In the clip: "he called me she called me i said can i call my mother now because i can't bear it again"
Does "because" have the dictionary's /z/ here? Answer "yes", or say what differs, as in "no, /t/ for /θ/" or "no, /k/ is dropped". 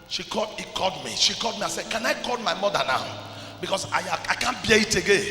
no, /s/ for /z/